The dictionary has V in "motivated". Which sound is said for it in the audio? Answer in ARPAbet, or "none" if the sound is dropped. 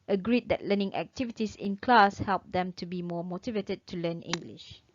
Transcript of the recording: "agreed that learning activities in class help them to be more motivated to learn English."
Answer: V